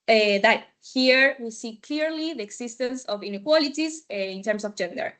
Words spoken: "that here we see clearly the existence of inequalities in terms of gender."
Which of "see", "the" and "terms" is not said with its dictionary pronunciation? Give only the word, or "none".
terms